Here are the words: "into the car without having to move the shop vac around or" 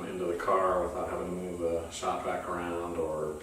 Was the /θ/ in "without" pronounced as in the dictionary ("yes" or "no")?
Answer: yes